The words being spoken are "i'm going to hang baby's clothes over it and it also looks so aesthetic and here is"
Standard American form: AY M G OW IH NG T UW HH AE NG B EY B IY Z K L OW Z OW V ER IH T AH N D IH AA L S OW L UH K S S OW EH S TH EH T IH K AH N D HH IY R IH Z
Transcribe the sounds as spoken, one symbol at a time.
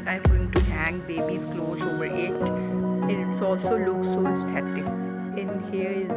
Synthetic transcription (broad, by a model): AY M G OW IH NG T UW HH AE NG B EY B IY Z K L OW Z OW B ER IH T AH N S AA L S OW L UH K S S OW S T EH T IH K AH N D HH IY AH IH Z